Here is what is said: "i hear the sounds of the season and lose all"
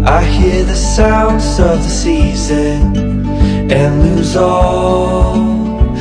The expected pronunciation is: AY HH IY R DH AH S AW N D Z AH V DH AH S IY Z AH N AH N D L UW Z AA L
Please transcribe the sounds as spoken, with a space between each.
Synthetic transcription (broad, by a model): AY HH IY R DH AH S AW N D Z AH V DH AH S IY Z AH N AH N L UW Z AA L